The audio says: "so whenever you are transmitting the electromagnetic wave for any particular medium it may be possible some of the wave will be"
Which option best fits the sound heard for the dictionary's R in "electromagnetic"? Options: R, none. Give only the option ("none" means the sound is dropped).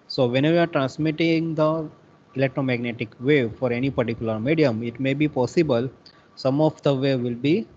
R